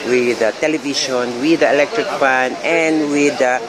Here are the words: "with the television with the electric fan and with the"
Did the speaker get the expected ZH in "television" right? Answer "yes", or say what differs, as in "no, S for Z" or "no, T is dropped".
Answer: no, SH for ZH